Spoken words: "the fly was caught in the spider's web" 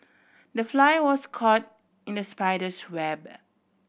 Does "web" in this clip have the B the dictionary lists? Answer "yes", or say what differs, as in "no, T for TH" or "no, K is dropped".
yes